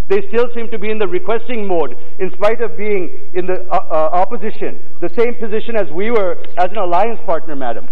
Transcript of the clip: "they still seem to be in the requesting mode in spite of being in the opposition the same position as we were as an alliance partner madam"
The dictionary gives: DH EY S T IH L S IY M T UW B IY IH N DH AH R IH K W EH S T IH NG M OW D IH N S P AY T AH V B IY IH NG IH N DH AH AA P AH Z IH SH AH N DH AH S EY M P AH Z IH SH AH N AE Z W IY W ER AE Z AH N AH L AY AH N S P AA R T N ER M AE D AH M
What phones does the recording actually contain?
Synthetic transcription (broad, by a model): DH EY S T IH L S IY M T UW B IY IH N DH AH R IH K W EH S T IH NG M OW D IH N S P AY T AH V B IY IH NG IH N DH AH AA P AH Z IH SH AH N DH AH S EY M P AH Z IH SH AH N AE Z W IY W ER AE Z AH N AH L AY AH N S P AA R T N ER M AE D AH M